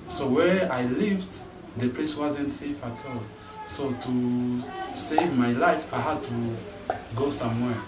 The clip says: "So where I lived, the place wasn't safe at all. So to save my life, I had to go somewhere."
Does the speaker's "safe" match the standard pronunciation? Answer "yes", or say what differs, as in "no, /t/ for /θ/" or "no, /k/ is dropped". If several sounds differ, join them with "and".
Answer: yes